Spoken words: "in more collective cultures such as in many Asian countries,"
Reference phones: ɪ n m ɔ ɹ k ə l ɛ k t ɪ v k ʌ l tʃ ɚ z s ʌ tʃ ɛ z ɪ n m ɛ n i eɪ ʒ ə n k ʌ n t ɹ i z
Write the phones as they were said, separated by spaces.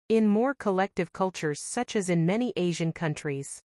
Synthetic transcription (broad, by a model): ɪ n m ɔ ɹ k ə l ɛ k t ɪ v k ʌ l tʃ ɚ z s ʌ tʃ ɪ z ɪ n m ɛ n i eɪ ʒ ə n k ʌ n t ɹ i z